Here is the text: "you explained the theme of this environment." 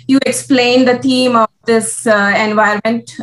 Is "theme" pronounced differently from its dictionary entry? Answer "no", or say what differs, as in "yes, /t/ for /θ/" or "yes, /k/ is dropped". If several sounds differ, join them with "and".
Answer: yes, /t/ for /θ/